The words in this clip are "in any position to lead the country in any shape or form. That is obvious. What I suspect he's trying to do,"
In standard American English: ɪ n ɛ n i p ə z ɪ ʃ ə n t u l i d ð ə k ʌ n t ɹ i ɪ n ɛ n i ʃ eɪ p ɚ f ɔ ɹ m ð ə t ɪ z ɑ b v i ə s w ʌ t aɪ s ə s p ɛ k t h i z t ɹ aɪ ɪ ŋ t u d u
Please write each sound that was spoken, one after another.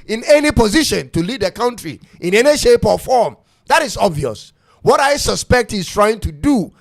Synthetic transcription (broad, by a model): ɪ n ɛ n i p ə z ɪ ʃ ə n t u l i d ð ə k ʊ n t ɹ i ɪ n ɛ n i ʃ eɪ p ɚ f ɔ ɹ m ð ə t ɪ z ɑ b v i ə s w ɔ t aɪ s ə s p ɛ k t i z t ɹ aɪ ɪ ŋ t u d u